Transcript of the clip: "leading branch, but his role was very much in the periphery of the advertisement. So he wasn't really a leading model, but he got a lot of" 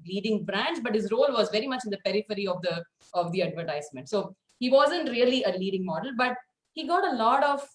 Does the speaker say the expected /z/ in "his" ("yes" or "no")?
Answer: yes